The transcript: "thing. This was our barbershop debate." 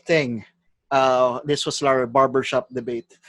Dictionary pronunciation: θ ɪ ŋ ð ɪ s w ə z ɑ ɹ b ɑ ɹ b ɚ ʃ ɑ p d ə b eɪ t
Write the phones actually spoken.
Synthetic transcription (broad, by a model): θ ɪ ŋ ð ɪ s w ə s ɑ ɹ b ɑ ɹ b ɚ ʃ ɑ p d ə b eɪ t